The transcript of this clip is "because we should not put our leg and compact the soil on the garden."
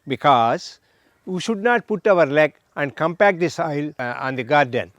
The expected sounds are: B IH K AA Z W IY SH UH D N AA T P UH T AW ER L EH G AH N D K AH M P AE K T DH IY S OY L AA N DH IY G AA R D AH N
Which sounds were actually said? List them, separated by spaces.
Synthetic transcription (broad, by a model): B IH K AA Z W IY SH UH D N AA T P UH T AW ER L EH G AH N D K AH M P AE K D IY S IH L AA N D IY G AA R D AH N